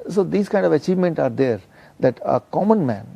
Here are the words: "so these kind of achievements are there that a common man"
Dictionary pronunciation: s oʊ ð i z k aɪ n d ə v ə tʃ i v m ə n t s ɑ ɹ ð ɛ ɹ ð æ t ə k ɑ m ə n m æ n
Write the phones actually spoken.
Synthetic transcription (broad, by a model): s oʊ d i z k aɪ n d ə v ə tʃ i v m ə n t ɑ ɹ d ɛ ɹ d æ t ə k ɑ m ə n m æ n